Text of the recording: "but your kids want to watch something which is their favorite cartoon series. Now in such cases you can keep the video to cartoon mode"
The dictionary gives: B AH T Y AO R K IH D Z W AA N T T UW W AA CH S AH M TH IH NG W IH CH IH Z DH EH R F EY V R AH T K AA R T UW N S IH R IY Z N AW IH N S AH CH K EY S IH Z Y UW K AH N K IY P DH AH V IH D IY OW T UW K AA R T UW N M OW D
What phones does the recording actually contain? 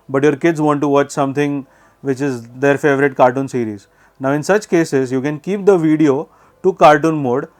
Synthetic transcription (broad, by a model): B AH T Y AO R K IH D Z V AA N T T UW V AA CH S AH M T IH NG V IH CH IH Z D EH R F EY V R AH T K AA R T UW N S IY R IY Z N AW IH N S AH CH K EY S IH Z Y UW K AH N K IY P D AH V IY D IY OW T UW K AA R T UW N M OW D